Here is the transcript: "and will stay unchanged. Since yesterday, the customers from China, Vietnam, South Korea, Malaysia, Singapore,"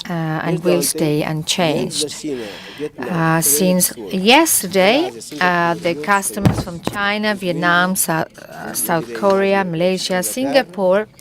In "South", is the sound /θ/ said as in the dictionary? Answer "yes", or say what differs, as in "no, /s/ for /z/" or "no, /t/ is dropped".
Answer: yes